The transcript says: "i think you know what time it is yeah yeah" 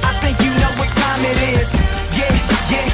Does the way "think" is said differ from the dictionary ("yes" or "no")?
no